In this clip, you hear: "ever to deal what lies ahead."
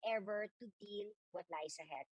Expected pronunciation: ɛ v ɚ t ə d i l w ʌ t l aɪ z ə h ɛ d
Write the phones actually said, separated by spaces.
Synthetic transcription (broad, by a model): ɛ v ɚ t ə d i l w ʌ t l aɪ s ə h ɛ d